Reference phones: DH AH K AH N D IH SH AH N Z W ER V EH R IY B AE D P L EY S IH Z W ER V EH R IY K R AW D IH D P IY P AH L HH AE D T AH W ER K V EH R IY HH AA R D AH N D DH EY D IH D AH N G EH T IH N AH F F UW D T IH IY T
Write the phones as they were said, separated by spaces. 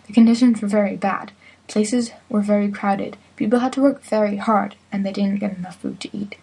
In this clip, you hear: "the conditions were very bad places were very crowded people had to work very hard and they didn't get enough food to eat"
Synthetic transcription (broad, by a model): DH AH K AH N D IH SH AH N Z W ER V EH R IY B AE D P L EY S IH Z W ER V EH R IY K R AW D IH D P IY P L HH AE D T AH W ER K V EH R IY HH AA R D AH N DH EY D IH D N G EH T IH N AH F F UW D T IH IY T